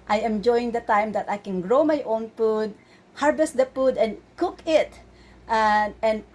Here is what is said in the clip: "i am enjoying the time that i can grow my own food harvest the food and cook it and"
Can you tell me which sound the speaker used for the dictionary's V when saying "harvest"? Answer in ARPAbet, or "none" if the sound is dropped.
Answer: B